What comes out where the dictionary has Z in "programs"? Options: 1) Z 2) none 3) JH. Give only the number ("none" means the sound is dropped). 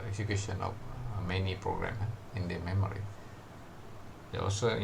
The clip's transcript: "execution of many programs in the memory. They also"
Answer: 2